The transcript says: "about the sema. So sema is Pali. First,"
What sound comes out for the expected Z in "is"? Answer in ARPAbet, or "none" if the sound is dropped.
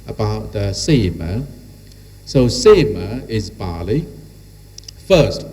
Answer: Z